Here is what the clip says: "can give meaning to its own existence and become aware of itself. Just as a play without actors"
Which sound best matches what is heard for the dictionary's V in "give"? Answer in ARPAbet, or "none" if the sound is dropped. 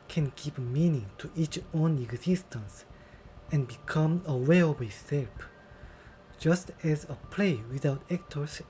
P